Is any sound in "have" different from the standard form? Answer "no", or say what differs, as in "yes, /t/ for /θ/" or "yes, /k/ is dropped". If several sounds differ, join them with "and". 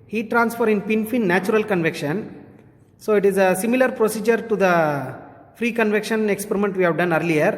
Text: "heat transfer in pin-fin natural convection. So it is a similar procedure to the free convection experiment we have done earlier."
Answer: no